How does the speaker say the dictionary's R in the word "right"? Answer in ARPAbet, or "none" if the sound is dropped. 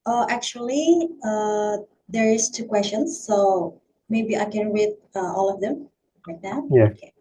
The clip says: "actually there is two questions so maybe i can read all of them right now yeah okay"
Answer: L